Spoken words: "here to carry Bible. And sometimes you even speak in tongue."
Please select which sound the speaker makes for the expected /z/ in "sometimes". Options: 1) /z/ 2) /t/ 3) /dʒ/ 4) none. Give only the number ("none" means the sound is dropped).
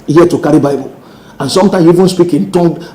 4